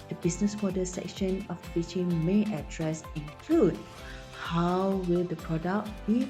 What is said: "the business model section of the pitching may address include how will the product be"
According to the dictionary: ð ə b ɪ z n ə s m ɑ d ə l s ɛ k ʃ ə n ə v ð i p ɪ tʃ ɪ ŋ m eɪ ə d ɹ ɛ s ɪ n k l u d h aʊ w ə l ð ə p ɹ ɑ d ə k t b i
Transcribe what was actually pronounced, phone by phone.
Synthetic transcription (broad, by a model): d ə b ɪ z n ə s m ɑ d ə s ɛ k ʃ ə n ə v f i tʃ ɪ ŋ m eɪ ə d ɹ ɛ s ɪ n k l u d h aʊ w ə l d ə p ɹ ɑ d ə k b i